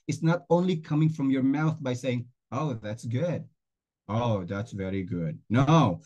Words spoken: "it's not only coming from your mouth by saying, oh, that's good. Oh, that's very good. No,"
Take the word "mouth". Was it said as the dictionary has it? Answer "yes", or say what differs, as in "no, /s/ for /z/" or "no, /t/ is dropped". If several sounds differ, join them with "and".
yes